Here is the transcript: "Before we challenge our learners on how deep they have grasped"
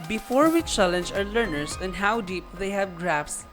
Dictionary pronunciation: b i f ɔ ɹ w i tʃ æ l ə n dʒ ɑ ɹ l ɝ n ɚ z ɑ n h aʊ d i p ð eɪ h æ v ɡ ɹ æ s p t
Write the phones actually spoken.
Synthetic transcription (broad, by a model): b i f ɔ ɹ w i tʃ æ l ə n dʒ ɑ ɹ l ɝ n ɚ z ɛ n h aʊ d i p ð eɪ h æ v ɡ ɹ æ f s